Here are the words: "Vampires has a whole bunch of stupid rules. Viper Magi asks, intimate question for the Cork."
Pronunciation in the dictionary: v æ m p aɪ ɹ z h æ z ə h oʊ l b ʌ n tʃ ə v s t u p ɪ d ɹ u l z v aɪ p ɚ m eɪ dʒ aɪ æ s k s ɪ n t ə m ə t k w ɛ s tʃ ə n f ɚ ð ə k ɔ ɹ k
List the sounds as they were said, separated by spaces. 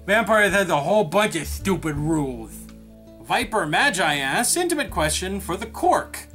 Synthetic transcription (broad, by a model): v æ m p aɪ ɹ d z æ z ə h oʊ l b ʌ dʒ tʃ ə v s t u p ɪ d ɹ u l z v aɪ p ɚ m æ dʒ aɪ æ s s ɪ n t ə m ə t k w ɛ s tʃ ə n f ɚ ð ə k ɔ ɹ k